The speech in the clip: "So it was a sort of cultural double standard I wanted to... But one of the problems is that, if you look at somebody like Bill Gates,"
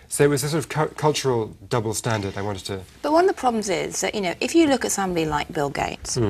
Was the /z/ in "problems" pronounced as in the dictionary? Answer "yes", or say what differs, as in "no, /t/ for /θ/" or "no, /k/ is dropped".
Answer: yes